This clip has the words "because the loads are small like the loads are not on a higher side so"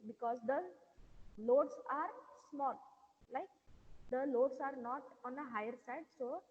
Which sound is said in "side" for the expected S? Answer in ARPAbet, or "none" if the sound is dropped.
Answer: S